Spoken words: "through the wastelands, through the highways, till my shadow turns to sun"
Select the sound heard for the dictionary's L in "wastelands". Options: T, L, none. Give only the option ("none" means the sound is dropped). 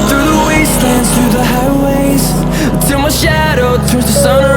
none